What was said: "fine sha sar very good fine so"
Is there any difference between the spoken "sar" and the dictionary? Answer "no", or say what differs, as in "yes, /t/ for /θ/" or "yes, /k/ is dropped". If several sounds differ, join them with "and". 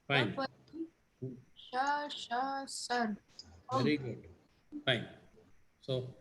yes, /ʃ/ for /s/